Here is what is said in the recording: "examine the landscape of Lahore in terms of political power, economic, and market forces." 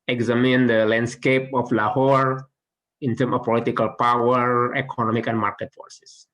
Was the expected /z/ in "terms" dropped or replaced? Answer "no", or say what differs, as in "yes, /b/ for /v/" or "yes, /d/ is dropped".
yes, /z/ is dropped